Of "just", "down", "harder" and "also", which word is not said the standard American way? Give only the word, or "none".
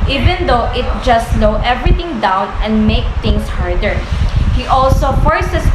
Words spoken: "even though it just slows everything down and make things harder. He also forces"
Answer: none